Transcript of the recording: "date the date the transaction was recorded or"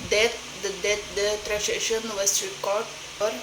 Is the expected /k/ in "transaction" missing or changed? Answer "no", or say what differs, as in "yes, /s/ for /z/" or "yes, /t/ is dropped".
yes, /k/ is dropped